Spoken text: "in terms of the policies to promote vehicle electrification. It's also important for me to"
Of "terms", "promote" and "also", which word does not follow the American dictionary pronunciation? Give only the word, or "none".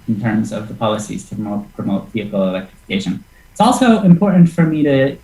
none